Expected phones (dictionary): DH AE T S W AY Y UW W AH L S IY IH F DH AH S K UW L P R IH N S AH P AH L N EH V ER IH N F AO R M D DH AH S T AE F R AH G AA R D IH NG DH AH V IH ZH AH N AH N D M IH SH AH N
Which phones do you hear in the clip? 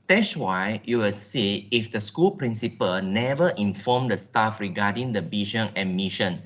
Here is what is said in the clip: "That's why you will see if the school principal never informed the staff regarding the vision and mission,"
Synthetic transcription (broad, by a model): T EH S W AY Y UW W AH L S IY IH F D AH S K UW L P R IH N S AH P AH L N EH V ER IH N F AO M D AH S T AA F R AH G AA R D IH NG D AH B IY SH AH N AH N M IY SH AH N